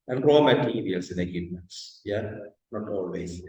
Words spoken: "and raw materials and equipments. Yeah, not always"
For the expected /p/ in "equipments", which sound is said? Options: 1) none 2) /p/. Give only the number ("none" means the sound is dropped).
1